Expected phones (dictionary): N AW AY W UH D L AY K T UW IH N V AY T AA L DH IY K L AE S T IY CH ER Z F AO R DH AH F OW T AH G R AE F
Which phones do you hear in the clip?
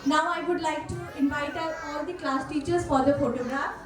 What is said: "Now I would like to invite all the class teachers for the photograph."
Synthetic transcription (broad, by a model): N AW AY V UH D L AY K T UW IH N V AY T AA L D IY K L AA S T IY CH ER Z F AO R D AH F OW T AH G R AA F